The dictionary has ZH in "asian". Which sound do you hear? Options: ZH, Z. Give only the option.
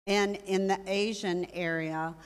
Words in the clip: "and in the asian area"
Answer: ZH